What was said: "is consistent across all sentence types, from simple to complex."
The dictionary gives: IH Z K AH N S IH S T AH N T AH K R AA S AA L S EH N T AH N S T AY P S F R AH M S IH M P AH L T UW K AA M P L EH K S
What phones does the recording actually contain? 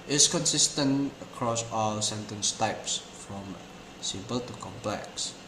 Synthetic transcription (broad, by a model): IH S K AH N S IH S T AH N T AH K R AA S AA L S EH N T AH N S T AY P S F R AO M S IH M P AH L T UW K AA M P L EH K S